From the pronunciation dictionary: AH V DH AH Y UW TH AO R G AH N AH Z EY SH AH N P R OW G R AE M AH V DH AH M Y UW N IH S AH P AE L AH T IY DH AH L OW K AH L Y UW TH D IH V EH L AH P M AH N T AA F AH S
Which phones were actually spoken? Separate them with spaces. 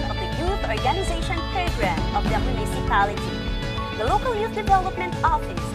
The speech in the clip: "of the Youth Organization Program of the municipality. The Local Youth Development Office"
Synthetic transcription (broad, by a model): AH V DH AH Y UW AO R G AH N AH Z EY SH AH N P R OW G R AE M AH V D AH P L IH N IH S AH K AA L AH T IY DH AH L OW K AH L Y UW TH D IH V EH L AH P M AH N T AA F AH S